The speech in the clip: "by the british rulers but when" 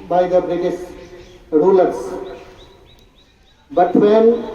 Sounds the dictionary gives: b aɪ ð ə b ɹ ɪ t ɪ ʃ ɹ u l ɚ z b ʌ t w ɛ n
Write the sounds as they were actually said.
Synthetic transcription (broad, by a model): b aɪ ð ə b ɹ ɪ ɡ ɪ s ɹ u l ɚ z b ʌ t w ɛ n